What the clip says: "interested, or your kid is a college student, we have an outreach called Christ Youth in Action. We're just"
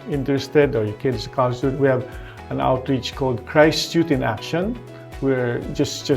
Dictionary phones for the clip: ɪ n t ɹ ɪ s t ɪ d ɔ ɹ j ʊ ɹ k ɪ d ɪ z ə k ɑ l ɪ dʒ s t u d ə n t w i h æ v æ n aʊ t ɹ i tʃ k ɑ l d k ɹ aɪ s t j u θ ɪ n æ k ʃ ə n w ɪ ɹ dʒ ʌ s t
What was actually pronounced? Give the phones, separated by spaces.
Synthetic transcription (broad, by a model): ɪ n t ɹ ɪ s t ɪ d ɔ ɹ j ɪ k ɪ d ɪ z ə k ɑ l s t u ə t w i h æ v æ n aʊ t ɹ i tʃ k ɑ l d k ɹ aɪ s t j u t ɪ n æ k ʃ ə n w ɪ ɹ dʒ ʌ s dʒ